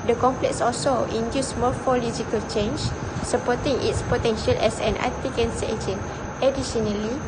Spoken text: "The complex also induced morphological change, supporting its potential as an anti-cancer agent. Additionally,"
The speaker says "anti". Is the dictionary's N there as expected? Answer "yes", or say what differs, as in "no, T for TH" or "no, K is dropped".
no, N is dropped